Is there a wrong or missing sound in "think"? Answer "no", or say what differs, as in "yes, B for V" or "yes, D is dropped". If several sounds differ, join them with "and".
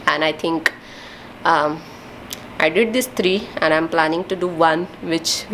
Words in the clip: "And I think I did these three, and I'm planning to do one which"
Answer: yes, T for TH